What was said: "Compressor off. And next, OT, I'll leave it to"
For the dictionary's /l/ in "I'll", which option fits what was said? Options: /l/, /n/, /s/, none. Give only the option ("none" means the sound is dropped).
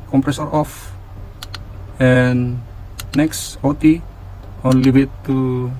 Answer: /n/